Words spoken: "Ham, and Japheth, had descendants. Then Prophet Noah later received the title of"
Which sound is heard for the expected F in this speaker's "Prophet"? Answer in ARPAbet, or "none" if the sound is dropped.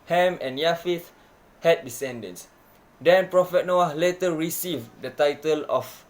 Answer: F